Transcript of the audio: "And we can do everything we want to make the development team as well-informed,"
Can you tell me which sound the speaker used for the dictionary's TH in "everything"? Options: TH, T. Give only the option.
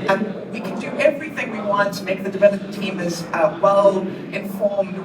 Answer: TH